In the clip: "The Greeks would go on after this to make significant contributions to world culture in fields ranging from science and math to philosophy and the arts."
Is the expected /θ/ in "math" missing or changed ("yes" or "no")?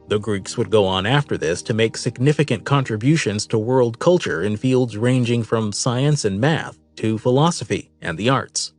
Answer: no